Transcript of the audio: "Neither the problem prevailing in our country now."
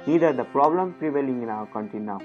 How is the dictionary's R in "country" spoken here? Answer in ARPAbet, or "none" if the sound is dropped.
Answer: none